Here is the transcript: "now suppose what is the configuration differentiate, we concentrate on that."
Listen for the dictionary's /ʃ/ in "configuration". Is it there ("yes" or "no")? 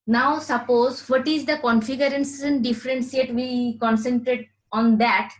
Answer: no